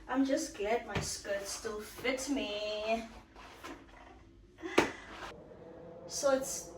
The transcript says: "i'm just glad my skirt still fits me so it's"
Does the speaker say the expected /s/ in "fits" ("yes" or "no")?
no